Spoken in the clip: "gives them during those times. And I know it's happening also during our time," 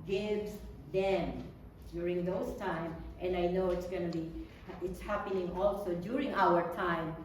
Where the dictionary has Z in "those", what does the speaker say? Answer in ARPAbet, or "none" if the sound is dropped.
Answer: S